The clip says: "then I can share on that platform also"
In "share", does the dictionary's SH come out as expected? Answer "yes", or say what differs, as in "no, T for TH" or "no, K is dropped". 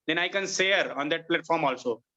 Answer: no, S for SH